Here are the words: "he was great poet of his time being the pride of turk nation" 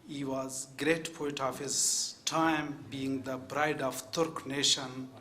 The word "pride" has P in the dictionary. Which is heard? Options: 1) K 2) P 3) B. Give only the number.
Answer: 3